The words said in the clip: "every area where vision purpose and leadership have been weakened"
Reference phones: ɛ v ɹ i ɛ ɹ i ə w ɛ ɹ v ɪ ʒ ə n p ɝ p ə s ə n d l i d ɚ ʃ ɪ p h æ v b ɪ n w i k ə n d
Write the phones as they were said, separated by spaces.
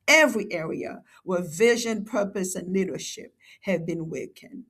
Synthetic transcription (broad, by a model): ɛ v ɹ i ɛ ɹ i ə w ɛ ɹ v ɪ ʒ ə n p ɝ p ə s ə n l i d ɚ ʃ ɪ p h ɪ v b ɪ n w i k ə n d